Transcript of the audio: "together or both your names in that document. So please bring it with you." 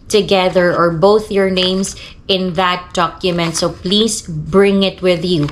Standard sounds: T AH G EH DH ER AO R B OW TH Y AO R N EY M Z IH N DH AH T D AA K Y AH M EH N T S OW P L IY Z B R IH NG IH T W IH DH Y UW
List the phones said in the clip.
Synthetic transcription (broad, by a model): T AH G EH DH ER AO R B OW TH Y AO R N EY M S IH N DH AH T D AA K Y AH M EH N T S OW P L IY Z B R IH NG IH T W IH DH Y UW